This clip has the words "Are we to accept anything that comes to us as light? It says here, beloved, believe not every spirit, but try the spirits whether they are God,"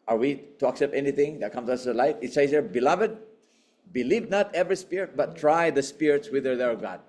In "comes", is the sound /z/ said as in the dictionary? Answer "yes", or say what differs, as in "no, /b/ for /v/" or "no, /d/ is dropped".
no, /z/ is dropped